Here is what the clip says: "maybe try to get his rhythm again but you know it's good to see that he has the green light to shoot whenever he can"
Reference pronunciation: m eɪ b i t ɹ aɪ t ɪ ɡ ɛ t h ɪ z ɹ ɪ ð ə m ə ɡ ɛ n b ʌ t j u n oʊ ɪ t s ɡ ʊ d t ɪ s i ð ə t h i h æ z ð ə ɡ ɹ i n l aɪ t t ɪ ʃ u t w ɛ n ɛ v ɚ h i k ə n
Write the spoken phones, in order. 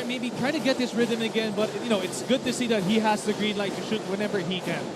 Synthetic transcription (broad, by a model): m eɪ b i t ɹ aɪ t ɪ ɡ ɛ t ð ɪ s ɹ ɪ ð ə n ə ɡ ɛ n b ʌ t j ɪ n oʊ ɪ t s ɡ ʊ d t ɪ s i ð ə t h i h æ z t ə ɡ ɹ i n l aɪ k t ɪ ʃ u t w ɛ n ɛ v ɚ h i k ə n